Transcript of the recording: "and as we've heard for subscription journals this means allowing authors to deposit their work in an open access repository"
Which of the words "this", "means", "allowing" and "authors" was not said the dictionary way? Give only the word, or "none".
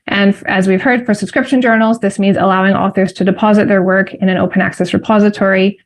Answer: none